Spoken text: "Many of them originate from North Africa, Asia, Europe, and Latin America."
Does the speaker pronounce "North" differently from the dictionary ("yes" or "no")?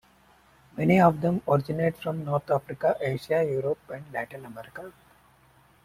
yes